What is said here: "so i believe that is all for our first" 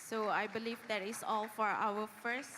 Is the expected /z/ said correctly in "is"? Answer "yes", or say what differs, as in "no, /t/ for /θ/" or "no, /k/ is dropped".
no, /s/ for /z/